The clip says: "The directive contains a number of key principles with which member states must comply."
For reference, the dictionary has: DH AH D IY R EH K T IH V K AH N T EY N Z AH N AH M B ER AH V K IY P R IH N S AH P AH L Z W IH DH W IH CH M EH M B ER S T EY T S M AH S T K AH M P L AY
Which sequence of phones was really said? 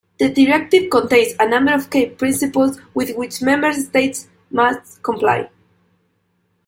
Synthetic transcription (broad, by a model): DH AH D IY R EH K T IH V K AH N T EY N S AH N AH M B ER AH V K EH P R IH N S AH P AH L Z W IH DH W IH CH M EH M B ER S T EY T S M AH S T K AH M P L AY